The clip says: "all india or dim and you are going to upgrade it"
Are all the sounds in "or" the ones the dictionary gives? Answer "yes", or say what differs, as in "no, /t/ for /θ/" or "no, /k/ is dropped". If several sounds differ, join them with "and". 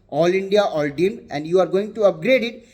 no, /l/ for /ɹ/